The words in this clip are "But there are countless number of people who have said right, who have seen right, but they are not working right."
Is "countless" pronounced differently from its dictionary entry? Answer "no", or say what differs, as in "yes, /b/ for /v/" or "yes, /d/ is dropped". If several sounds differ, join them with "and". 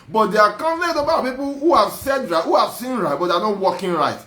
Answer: yes, /s/ is dropped